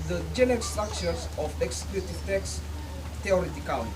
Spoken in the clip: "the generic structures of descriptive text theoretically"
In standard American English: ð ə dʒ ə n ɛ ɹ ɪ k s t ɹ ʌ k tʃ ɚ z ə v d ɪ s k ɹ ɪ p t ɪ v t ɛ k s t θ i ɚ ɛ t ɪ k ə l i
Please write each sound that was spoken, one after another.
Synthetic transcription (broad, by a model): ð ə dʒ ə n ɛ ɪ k s t ɹ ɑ k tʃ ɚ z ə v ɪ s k l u t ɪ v t ɛ k s t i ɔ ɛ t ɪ k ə l